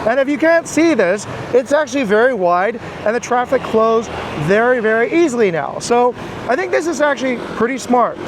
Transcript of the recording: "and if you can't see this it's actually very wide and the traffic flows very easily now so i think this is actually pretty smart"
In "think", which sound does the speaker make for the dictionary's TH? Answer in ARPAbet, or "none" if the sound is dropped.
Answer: TH